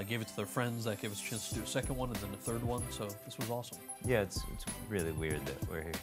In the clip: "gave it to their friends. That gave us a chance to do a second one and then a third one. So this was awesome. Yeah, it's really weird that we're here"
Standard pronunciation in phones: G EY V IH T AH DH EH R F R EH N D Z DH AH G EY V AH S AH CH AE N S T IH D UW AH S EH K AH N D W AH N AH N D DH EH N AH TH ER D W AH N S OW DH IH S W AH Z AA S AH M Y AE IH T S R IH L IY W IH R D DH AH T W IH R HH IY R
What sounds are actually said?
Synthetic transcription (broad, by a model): G EY V IH T AH DH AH R F R EH N D Z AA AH G EY V AH S AH CH AE N S T IH D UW AH S EH K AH N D W AH N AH N DH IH N AH TH ER D W AH N S OW DH IH S W AH Z AA S AH M Y AE IH T S R IH L IY W IH R D DH AH T W IH R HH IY R